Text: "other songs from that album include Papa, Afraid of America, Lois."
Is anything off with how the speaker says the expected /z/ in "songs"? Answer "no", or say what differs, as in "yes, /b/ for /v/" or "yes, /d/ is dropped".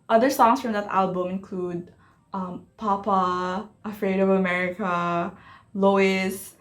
yes, /s/ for /z/